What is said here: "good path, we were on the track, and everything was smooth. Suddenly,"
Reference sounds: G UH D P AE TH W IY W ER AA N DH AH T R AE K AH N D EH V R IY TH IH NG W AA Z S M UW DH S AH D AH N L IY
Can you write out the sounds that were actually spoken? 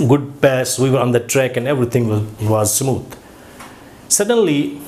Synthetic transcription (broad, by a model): G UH D P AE S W IY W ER AA N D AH T R AE K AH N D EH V R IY T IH NG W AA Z S M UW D S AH D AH N L IY